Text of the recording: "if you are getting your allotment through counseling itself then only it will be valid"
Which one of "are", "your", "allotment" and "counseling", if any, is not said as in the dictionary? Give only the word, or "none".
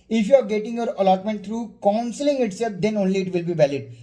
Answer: none